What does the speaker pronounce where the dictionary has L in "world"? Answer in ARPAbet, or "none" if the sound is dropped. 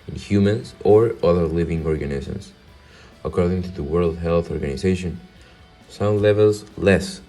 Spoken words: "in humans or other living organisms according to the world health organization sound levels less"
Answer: L